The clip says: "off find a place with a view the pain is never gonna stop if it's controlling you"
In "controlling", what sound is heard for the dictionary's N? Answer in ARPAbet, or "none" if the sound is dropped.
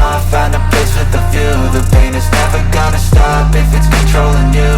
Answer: N